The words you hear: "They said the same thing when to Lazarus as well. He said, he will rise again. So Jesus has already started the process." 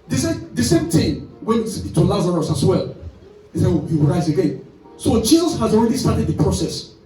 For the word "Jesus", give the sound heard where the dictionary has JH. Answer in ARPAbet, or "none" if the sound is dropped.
CH